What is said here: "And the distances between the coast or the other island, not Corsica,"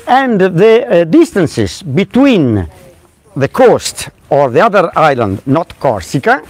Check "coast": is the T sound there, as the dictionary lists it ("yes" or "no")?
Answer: yes